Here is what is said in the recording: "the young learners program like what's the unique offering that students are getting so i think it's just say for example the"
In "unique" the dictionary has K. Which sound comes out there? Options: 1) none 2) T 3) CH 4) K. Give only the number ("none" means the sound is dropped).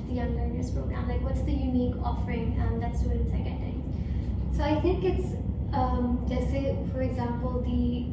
4